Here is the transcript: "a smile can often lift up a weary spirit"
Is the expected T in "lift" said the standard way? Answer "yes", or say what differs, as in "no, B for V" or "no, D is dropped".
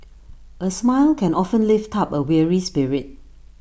yes